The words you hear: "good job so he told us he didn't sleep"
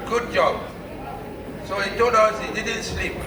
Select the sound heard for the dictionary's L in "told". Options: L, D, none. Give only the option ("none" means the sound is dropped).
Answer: none